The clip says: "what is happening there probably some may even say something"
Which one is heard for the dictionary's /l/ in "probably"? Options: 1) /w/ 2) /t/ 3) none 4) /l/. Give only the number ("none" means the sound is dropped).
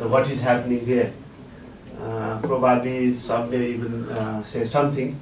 3